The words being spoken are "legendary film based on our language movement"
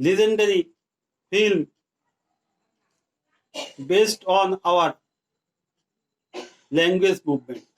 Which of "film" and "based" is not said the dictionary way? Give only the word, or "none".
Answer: none